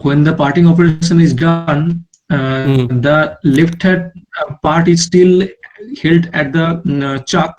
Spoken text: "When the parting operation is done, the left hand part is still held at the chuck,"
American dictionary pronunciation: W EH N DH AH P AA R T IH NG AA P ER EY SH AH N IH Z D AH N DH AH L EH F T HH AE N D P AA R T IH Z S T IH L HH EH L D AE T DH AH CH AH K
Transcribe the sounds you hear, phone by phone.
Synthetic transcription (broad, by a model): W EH N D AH P AA R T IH NG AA P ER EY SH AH N IH Z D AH N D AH L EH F T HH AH D P AA R T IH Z S T IH L HH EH L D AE T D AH CH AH K